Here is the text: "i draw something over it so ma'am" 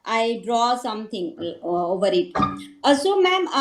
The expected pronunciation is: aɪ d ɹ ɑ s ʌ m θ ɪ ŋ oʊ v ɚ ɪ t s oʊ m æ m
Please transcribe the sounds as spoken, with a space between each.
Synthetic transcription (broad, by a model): aɪ d ɹ ɑ s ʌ m t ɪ ŋ oʊ v ɚ ɪ t s oʊ m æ m